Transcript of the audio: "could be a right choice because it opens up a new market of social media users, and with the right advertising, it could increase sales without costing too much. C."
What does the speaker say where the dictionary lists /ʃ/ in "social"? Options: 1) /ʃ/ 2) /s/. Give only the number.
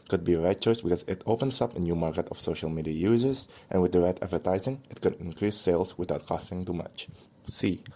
1